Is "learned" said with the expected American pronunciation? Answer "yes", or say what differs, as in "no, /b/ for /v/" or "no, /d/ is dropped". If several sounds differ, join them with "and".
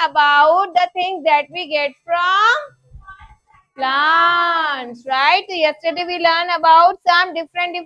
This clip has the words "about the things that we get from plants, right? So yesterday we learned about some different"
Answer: no, /d/ is dropped